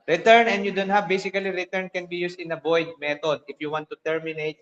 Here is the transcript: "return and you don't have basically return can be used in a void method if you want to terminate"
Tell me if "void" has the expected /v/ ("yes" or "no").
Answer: no